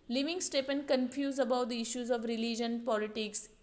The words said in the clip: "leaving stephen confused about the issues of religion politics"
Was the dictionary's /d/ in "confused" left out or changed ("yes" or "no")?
yes